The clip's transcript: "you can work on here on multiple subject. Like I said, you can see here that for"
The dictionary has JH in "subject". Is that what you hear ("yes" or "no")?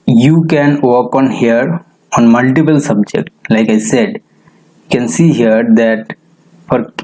yes